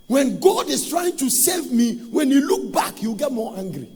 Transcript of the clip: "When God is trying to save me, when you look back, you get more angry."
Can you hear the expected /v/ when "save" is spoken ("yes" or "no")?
yes